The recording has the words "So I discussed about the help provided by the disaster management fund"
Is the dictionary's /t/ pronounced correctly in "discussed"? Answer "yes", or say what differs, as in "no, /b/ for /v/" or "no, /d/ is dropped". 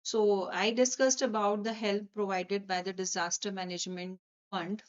yes